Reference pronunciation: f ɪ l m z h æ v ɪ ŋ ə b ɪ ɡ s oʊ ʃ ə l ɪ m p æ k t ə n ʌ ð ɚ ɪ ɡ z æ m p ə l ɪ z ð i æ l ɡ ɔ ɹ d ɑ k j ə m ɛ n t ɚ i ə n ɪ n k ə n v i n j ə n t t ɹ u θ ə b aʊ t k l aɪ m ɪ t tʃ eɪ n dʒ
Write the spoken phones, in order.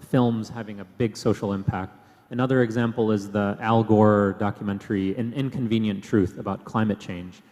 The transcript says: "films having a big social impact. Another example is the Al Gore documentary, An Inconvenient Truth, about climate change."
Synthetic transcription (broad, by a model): f ɪ l m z h æ v ɪ ŋ ə b ɪ ɡ s oʊ ʃ l ɪ m p æ k t ə n ʌ ð ɚ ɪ ɡ z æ m p l ɪ z ð i æ l ɡ ɔ ɹ d ɑ k j ə m ɛ n t ɚ i ə n ɪ n k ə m v i n j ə n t t ɹ u θ ə b aʊ t k l aɪ m ɪ t tʃ eɪ n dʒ